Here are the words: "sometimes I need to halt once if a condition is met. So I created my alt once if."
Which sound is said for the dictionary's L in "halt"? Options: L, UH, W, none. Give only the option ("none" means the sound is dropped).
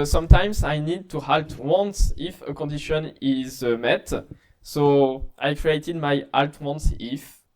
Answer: L